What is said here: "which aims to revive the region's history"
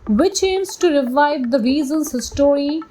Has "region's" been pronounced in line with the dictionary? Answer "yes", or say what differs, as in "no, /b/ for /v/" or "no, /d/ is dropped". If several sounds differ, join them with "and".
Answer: no, /z/ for /dʒ/